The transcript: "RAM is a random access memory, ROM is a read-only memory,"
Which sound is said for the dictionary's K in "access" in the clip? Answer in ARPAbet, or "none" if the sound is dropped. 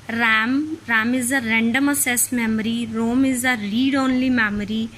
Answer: none